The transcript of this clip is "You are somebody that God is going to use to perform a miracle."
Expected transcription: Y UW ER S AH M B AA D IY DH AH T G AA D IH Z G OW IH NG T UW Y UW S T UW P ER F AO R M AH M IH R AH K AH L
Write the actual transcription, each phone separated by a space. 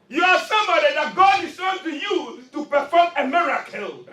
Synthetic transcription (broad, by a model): Y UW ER S AH M B AA D IY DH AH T G AA D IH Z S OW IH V T UW Y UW T UW P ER F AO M AH M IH R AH K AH L